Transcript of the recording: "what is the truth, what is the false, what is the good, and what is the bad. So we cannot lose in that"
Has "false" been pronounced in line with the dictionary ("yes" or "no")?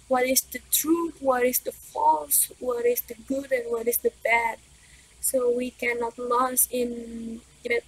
yes